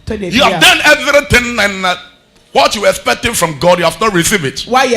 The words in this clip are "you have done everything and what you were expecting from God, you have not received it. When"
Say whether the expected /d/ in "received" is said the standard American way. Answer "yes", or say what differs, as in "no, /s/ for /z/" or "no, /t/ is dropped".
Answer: no, /d/ is dropped